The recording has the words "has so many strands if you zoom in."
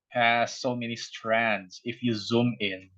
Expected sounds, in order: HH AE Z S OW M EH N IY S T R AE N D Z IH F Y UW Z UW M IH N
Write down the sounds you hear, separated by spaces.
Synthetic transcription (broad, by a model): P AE S OW M EH N IY S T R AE N D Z IH F Y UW Z UW M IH N